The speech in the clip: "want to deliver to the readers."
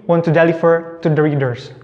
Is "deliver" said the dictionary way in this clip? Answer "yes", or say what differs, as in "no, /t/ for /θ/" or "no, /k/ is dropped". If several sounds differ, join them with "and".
no, /f/ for /v/